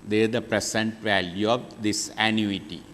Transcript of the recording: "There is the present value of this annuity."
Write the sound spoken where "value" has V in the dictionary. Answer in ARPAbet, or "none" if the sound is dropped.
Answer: V